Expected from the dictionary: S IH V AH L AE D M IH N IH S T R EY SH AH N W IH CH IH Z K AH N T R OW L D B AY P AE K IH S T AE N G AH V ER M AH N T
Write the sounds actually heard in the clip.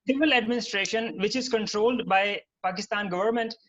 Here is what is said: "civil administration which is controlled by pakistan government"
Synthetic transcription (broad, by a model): S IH V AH L AE D M IH N IH S T R EY SH AH N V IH CH IH Z K AH N T R OW L D B AY P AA K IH S T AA N G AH V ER M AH N T